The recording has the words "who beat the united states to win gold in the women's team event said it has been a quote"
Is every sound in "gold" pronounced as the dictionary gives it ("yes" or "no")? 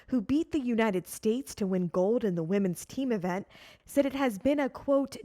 yes